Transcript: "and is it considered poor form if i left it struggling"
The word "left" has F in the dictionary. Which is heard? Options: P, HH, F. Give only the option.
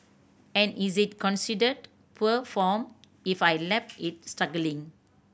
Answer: P